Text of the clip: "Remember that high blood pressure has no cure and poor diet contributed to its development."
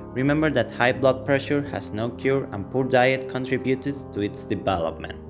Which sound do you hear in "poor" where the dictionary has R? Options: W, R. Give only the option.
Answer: R